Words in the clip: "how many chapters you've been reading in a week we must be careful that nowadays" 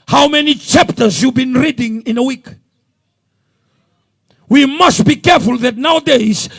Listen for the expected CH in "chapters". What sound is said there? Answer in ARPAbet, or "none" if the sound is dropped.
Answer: CH